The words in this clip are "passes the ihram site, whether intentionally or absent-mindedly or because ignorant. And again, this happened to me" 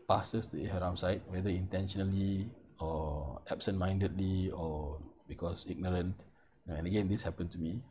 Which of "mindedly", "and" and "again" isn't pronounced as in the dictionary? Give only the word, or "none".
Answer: none